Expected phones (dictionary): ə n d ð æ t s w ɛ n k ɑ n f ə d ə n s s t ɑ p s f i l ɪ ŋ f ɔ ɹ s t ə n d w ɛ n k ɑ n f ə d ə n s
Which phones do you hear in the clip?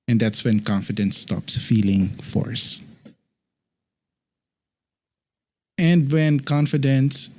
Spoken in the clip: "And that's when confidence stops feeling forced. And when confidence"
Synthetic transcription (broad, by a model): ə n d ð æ t s w ɛ n k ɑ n f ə d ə n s s t ɑ p s f i l ɪ ŋ f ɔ ɹ s ə n d w ɛ n k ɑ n f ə d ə n s